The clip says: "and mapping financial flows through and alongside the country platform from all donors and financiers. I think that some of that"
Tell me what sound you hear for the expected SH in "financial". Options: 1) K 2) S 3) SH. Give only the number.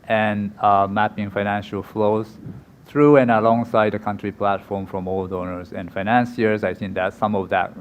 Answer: 3